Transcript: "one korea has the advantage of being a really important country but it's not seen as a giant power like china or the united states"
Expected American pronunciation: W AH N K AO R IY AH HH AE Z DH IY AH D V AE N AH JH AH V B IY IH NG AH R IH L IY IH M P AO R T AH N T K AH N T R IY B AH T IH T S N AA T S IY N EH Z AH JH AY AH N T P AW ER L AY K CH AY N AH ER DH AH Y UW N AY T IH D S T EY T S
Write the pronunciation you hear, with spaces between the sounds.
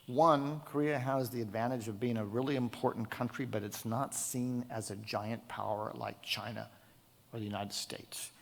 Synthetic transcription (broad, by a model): W AH N K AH R IY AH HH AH Z DH IY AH D V AE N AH JH AH V B IY IH NG AH R IH L IY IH M P AO R T N K AH N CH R IY B AH T IH T S N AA T S IY N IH Z AH JH AY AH N P AW ER L AY K CH AY N AH ER DH AH Y UW N AY T IH D S T EY T S